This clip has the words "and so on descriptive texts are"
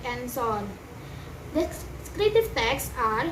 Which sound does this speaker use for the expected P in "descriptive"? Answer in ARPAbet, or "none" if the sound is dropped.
none